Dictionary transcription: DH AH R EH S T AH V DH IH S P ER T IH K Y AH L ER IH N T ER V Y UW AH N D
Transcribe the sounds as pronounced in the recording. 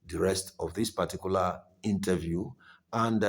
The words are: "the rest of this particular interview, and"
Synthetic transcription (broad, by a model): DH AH R EH S T AH V DH IH S P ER T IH K Y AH L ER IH N T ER V Y UW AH N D